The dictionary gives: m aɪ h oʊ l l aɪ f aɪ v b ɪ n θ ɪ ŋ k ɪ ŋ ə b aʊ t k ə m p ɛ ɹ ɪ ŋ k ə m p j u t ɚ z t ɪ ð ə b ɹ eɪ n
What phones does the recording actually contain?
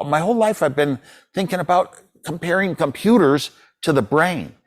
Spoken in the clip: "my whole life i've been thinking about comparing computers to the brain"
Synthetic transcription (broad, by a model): m aɪ h oʊ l l aɪ f aɪ v b ɪ n θ ɪ ŋ k ɪ ŋ ə b aʊ t k ə m p ɛ ɹ ɪ ŋ k ə m p j u t ɚ z t ɪ ð ə b ɹ eɪ n